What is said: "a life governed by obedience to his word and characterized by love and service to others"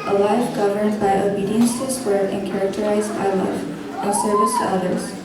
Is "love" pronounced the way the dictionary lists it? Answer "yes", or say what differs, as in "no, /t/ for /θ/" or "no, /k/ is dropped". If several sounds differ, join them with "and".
no, /v/ is dropped